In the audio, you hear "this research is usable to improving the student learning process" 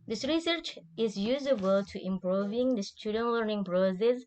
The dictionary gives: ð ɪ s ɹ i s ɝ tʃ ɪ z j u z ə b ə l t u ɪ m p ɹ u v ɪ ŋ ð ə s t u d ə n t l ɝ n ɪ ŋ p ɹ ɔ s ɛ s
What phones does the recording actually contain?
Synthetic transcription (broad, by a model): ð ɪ s ɹ i s ɝ tʃ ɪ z j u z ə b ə l t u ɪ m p ɹ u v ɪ ŋ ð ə s t u d ə n t l ɝ n ɪ ŋ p ɹ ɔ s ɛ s